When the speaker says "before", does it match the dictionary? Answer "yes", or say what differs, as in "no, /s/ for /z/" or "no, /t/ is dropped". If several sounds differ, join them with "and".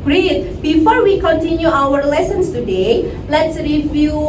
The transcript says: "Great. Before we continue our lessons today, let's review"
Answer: yes